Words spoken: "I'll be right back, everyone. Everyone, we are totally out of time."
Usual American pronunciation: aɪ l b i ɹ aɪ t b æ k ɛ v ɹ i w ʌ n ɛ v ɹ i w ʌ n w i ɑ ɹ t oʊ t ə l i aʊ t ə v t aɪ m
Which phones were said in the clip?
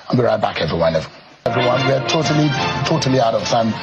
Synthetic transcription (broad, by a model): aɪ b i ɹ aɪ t b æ k ɛ v ɹ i w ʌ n ɛ v ɹ i w ʌ n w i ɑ l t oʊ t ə l i aʊ t ə v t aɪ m